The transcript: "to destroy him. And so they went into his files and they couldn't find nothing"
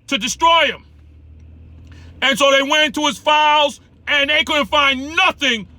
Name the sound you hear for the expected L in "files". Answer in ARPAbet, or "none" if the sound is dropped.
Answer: L